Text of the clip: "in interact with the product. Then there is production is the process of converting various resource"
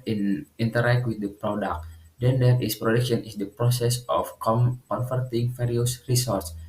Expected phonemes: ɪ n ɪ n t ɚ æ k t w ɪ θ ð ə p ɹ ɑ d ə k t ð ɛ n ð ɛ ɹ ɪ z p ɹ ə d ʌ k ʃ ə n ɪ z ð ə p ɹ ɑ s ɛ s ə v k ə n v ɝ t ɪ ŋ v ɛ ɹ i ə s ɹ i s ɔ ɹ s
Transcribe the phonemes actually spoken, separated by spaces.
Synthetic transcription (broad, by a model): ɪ n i n t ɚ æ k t w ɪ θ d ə p ɹ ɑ d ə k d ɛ n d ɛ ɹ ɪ s p ɹ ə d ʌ k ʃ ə n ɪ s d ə p ɹ ɑ s ɛ s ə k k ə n f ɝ t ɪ ŋ f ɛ ɹ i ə s ɹ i s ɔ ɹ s